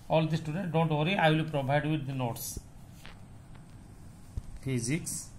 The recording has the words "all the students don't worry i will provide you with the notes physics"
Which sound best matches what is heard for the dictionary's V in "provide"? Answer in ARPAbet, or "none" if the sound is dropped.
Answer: B